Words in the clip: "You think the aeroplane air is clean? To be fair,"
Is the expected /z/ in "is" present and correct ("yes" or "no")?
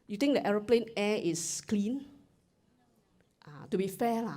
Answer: no